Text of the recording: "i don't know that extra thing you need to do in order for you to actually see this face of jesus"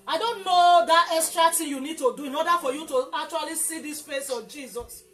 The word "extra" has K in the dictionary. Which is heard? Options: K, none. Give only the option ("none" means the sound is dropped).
none